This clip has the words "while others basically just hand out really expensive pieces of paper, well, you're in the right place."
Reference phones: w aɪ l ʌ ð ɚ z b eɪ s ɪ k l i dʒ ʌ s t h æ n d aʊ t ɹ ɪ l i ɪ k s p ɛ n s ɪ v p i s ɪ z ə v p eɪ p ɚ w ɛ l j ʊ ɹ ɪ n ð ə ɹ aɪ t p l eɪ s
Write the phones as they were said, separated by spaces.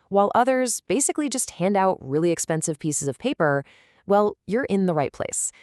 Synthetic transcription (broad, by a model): w aɪ l ʌ ð ɚ z b eɪ s ɪ k l i dʒ ʌ s t h æ n d aʊ t ɹ ɪ l i ɪ k s p ɛ n s ɪ v p i s ɪ z ə v p eɪ p ɚ w ɛ l j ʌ ɹ ɪ n ð ə ɹ aɪ t p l eɪ s